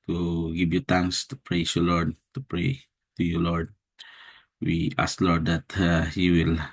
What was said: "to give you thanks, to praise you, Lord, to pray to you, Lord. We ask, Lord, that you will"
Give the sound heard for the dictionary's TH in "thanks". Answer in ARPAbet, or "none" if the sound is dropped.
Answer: T